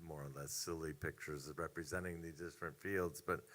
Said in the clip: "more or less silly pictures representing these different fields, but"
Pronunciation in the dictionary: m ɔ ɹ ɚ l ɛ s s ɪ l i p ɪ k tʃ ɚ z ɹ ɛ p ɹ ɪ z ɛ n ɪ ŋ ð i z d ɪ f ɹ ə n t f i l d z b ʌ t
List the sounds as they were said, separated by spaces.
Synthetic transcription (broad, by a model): m ɔ ɹ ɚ l ɛ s s ɪ l i p ɪ k tʃ ɚ z ɹ ɛ p ɹ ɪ z ɛ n ɪ ŋ ð i z d ɪ f ɹ ə n t f i l d z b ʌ t